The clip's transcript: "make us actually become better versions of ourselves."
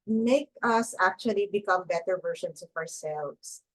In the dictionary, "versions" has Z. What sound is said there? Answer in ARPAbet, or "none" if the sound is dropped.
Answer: S